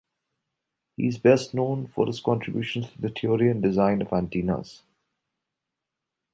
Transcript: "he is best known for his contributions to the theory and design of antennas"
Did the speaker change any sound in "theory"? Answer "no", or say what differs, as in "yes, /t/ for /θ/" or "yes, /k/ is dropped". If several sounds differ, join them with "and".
yes, /t/ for /θ/